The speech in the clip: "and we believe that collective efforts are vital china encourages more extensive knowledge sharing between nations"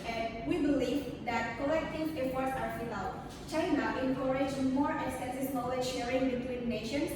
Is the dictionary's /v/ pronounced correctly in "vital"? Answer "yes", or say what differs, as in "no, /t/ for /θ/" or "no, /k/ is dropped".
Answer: no, /f/ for /v/